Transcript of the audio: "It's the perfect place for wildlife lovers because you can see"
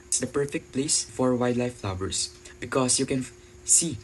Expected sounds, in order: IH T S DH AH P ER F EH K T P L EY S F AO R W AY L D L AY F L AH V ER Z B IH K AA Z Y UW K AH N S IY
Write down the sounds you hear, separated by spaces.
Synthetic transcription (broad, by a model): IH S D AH P ER F EH K T P L EY S F AO R W AY D L AY F L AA W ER S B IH K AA S Y UW K AH N S IY